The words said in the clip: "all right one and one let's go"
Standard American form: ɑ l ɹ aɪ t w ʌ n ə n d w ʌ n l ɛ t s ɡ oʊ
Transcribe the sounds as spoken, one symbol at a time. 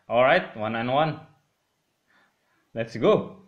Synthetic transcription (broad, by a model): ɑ l ɹ aɪ t w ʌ n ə n w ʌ n l ɛ t s ɡ oʊ